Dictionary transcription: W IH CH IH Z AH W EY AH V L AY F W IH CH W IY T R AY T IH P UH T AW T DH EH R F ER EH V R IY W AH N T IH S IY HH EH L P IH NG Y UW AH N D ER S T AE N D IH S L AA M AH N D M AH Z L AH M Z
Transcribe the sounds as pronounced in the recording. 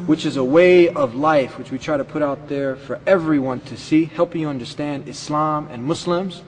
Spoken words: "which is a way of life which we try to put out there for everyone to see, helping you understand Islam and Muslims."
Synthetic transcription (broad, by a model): W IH CH IH Z AH W EY AH V L AY F W IH CH W IY T R AY T IH P UH T AW T DH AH R F ER EH V R IY W AH N T IH S IY HH EH L P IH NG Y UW AH N D ER S T AE N D IH S L AA M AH N M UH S L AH M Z